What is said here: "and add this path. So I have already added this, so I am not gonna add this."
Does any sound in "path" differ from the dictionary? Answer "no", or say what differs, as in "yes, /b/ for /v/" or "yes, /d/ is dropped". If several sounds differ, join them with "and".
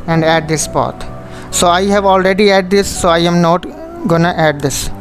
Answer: yes, /t/ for /θ/